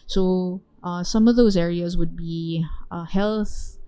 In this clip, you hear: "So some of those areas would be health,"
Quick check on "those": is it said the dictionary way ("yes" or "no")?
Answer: yes